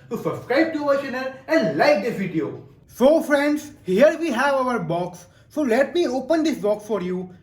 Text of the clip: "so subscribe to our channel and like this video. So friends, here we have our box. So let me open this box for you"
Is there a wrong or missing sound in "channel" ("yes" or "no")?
yes